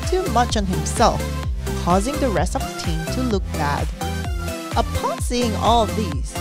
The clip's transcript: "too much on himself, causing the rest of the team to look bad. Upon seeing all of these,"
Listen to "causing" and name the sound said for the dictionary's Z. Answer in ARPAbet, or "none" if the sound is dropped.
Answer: Z